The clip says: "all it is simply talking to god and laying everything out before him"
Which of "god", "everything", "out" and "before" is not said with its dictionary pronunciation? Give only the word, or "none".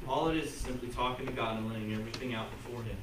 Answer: none